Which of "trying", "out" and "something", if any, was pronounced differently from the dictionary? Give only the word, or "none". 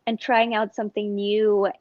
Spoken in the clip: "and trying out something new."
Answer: none